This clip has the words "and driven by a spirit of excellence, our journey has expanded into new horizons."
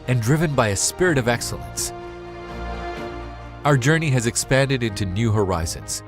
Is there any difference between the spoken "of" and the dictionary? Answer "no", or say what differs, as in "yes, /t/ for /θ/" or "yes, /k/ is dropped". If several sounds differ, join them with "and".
no